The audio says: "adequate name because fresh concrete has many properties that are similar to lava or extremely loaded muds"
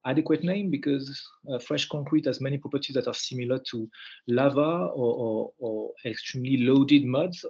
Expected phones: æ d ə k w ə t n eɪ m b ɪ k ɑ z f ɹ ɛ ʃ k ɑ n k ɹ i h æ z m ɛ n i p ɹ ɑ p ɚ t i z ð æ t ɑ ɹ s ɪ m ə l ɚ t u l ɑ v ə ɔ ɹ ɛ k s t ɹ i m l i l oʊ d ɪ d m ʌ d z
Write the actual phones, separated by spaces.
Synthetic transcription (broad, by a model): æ d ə k w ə t n eɪ m b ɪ k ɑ z f ɹ ɛ ʃ k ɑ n k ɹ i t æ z m ɛ n i p ɹ ɑ p ɚ t i z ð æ t ɑ ɹ s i m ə l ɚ t u l ɑ v ə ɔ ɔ ɛ k s t ɹ i m l i l oʊ d ɪ d m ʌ d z